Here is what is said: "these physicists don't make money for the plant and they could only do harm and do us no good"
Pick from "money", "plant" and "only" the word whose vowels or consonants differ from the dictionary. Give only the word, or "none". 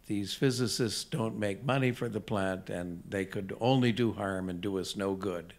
none